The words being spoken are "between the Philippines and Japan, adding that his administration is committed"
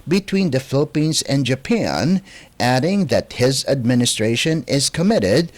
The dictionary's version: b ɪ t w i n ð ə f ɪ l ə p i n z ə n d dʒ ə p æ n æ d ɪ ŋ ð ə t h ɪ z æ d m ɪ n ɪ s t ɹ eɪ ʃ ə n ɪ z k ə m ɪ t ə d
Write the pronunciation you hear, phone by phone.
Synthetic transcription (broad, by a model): b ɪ t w i n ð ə f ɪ l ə p i n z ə n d dʒ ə p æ n æ d ɪ ŋ ð ə t h ɪ z æ d m ɪ n ɪ s t ɹ eɪ ʃ ə n ɪ z k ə m ɪ t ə d